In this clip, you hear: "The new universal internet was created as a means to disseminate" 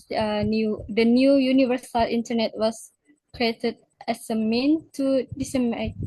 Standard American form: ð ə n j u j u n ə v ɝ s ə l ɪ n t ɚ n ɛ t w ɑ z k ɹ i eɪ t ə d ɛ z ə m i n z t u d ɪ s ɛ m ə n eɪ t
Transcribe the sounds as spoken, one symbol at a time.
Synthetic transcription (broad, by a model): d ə n j u j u n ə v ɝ s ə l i n t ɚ n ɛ t w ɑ s k ɹ i eɪ t ə d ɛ s ə m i n t u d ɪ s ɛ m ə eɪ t